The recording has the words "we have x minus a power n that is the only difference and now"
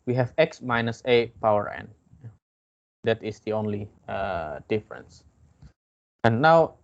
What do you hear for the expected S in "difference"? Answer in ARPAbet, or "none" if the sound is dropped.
S